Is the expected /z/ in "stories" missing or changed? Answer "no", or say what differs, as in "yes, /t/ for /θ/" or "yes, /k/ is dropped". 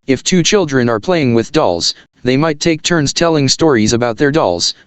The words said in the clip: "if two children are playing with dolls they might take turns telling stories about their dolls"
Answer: no